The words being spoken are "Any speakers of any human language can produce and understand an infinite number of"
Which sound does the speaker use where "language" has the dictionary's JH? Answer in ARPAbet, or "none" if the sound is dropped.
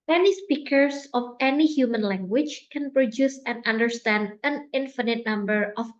CH